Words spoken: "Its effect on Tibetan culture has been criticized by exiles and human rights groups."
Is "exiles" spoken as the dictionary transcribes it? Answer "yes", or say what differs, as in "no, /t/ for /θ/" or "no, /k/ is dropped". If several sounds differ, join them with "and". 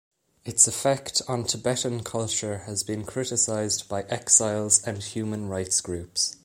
yes